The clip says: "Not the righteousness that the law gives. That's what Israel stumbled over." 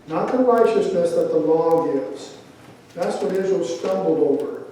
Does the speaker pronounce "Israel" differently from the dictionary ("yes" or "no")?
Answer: yes